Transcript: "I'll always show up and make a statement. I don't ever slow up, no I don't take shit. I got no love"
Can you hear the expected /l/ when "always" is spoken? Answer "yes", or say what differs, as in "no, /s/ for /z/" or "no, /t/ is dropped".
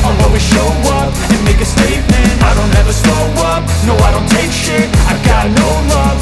no, /l/ is dropped